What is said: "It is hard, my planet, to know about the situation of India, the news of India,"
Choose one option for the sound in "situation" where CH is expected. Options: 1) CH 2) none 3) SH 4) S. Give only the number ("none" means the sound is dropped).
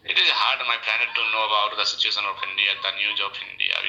1